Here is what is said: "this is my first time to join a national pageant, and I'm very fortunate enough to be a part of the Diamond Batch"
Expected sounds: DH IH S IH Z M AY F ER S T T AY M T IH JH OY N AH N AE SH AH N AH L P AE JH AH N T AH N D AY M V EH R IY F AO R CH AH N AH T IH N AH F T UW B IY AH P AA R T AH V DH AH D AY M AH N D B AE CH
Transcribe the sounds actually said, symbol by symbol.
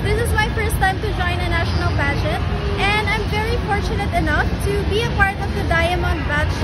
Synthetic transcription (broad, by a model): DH IH S IH Z M AY F ER S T T AY M T IH JH OY N AH N AE SH AH N AH L B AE JH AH T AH N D AY M V EH R IY F AO R CH AH N AH T IH N AH F T UW B IY AH P AA R T AH V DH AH D AY M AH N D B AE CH